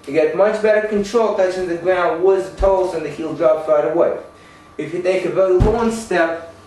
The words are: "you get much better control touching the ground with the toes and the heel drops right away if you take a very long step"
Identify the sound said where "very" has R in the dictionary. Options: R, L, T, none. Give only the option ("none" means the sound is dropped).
none